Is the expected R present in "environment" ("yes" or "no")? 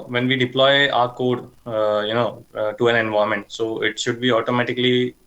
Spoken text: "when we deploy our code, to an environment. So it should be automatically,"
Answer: no